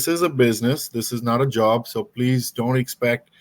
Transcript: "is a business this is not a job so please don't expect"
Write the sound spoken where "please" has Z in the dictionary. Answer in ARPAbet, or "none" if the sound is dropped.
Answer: Z